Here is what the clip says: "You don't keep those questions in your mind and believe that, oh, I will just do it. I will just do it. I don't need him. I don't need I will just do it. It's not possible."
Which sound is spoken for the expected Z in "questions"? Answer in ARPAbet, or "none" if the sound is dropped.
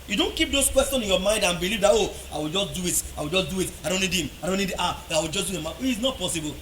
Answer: none